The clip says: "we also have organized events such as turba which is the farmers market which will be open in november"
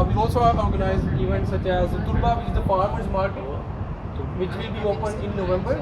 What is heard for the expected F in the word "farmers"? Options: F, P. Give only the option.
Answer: P